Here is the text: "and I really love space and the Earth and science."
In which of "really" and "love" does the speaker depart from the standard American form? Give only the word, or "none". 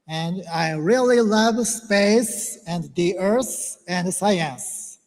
none